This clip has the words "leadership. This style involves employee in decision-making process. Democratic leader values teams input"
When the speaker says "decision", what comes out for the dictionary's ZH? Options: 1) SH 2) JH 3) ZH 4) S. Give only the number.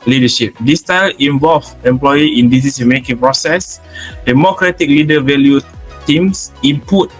4